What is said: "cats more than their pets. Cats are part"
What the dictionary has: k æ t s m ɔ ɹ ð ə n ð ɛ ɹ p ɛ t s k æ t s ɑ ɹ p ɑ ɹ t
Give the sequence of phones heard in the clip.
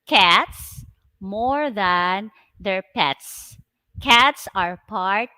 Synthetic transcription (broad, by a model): k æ t s m ɔ ɹ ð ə n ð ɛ ɹ p ɛ t s k æ t s ɑ ɹ p ɑ ɹ t